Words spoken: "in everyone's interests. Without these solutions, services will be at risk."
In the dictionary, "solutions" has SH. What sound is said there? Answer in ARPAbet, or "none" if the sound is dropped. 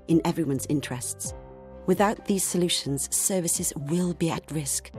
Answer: SH